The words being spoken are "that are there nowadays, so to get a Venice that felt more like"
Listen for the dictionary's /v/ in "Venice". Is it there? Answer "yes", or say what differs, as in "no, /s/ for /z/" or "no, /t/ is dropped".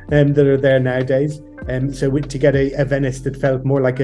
yes